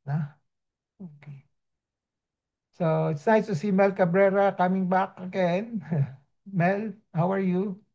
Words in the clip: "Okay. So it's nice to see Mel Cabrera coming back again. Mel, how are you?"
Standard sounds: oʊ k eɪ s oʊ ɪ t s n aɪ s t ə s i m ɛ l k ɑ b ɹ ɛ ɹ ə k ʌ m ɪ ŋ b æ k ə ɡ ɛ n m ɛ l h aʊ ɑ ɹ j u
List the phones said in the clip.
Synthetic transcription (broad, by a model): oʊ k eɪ s oʊ ɪ t s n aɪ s t ə s i m ɛ l k ɑ b ɹ ɛ ɹ ə k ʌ m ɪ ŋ b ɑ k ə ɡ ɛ n m ɛ l h aʊ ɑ ɹ j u